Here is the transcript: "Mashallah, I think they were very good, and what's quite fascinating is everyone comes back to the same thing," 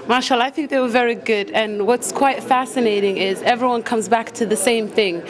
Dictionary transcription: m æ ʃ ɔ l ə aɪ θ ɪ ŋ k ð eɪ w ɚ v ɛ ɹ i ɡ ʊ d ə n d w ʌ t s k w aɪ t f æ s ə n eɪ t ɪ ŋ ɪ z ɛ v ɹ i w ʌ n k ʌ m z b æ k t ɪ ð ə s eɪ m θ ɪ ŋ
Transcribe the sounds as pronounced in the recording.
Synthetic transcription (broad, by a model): m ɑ ʃ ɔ l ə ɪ θ ɪ ŋ k ð eɪ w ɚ v ɛ ɹ i ɡ ʊ d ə n w ʌ t s k w aɪ t f æ s ə n eɪ t ɪ ŋ ɪ z ɛ v ɹ i w ʌ n k ʌ m z b æ k t ɪ ð ə s eɪ m θ ɪ ŋ